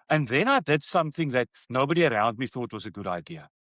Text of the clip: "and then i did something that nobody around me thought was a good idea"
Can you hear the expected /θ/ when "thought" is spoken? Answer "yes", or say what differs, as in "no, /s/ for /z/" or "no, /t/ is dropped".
yes